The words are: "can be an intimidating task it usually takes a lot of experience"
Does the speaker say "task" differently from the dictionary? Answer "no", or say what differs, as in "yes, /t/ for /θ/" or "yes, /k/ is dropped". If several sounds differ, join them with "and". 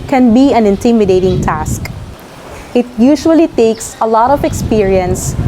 no